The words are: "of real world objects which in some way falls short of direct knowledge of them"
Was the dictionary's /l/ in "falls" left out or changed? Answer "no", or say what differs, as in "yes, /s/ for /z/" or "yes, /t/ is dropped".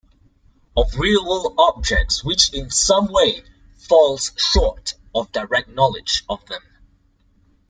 no